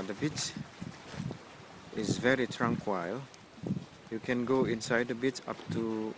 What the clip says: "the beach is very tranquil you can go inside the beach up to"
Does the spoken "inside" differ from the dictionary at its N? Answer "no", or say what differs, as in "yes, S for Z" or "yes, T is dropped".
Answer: no